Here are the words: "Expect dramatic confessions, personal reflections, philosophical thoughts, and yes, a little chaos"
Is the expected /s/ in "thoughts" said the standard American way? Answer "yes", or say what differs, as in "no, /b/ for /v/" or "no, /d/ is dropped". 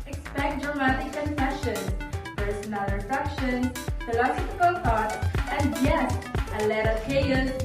no, /s/ is dropped